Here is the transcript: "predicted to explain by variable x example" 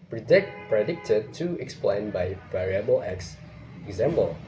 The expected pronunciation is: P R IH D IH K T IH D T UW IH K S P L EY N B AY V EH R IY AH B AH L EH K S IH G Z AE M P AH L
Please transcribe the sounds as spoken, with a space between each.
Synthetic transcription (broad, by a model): P R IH D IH K T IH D T UW IH K S P L EY N B AY V EH R IY AH B AH L EH K S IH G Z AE M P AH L